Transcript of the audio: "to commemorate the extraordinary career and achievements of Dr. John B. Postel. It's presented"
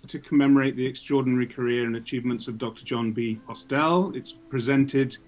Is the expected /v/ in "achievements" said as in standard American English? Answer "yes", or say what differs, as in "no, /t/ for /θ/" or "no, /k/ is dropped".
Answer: yes